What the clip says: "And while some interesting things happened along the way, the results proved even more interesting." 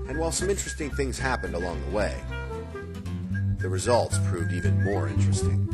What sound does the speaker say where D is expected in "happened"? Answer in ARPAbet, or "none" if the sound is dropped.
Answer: D